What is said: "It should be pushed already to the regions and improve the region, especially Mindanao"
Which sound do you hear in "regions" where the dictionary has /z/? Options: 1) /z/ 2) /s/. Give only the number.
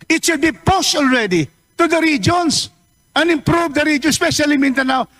2